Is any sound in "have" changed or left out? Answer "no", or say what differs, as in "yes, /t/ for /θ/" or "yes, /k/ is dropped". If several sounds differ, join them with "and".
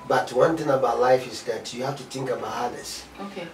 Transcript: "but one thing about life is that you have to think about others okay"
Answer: yes, /f/ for /v/